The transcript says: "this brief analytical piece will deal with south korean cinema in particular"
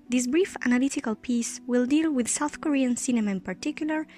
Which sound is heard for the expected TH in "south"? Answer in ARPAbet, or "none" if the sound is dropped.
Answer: TH